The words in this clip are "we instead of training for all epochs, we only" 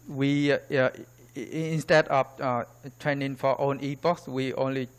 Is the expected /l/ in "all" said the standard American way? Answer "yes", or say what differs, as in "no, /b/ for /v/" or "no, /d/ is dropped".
no, /n/ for /l/